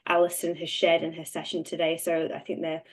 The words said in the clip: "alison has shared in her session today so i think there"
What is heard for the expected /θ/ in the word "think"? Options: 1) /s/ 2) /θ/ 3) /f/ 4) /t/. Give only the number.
2